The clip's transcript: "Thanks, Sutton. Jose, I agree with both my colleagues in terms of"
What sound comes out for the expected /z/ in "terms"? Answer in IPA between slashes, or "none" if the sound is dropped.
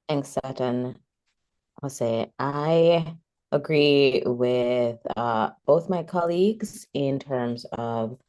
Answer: /z/